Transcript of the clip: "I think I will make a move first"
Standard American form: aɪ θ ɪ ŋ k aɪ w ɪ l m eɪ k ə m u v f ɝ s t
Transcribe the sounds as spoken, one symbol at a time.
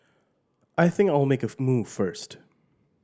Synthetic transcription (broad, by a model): aɪ θ ɪ ŋ k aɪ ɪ l m eɪ k ə m u v f ɝ s t